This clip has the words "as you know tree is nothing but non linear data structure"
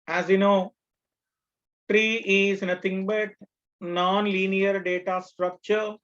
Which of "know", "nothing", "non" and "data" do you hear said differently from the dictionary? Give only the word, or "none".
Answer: nothing